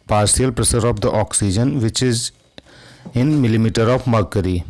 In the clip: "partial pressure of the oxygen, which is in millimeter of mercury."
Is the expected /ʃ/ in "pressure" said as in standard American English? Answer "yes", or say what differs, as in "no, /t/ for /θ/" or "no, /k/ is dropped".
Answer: no, /s/ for /ʃ/